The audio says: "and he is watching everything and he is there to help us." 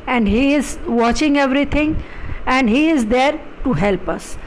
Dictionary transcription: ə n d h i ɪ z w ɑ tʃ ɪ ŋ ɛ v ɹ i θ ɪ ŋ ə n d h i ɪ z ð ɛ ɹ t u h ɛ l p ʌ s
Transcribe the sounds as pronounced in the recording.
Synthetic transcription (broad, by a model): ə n d h i ɪ z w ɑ tʃ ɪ ŋ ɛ v ɹ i t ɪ ŋ ə n d h i ɪ z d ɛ ɹ t u h ɛ l p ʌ s